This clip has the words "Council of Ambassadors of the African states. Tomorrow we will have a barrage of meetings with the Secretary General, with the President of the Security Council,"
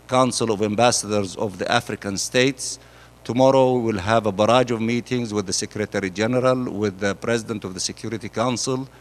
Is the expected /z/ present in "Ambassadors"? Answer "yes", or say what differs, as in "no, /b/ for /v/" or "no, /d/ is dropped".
yes